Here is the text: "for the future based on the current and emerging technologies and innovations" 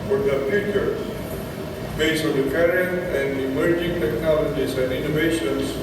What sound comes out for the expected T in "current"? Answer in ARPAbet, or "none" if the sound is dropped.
none